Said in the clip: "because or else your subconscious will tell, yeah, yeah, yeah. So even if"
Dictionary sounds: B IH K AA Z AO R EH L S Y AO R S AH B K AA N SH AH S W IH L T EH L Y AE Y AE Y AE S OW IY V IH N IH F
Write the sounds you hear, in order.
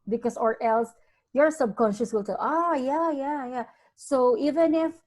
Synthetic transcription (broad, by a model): B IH K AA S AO R EH L S Y AO R S AH B K AA N SH AH S W IH L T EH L Y AE Y AE Y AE S OW IY V IH N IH F